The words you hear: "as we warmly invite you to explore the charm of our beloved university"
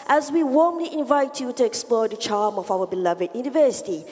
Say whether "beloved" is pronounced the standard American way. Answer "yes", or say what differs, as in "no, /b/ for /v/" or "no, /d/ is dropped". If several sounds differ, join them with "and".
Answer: yes